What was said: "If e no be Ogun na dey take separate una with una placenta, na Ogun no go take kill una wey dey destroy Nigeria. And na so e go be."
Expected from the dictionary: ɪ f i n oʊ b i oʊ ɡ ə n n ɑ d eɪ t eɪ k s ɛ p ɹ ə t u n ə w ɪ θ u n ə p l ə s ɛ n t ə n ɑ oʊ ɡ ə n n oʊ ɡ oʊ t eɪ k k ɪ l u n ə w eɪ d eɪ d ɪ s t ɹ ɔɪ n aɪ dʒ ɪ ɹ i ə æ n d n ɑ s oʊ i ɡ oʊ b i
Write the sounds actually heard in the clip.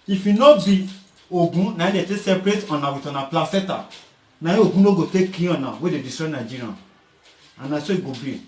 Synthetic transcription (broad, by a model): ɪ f i n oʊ b i oʊ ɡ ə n n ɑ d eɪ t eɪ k s ɛ p ɹ ə t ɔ n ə w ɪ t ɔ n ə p l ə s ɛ t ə n ɑ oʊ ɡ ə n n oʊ ɡ oʊ t eɪ k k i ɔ n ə w eɪ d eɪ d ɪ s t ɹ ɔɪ n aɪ dʒ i ɹ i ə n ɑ n ɑ s oʊ i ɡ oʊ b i